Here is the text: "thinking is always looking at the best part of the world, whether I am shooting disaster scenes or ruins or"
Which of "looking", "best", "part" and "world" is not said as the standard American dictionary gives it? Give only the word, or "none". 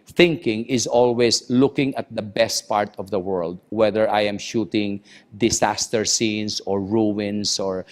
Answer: none